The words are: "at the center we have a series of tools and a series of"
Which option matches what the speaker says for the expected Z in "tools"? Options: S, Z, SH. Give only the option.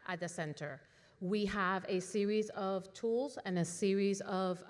Z